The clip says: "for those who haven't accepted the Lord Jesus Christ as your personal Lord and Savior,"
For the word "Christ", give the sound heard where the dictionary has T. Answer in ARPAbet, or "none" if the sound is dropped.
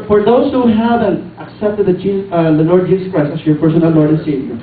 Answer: none